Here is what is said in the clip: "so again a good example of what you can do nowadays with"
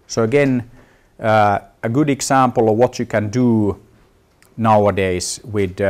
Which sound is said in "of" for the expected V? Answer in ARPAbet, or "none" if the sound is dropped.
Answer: V